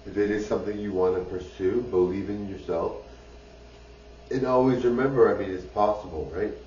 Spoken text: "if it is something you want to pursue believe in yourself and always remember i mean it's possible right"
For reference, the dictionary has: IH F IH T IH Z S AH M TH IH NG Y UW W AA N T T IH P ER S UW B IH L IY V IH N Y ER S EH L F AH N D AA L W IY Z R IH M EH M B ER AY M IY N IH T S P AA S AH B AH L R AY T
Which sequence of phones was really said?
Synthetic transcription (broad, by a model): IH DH IH T IH Z S AH M TH IH NG Y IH W AA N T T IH P ER S UW B IH L IY V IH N Y ER S EH L F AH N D AA L W IY Z R IH M EH M B ER AY M IY N IH T S P AA S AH B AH L R AY T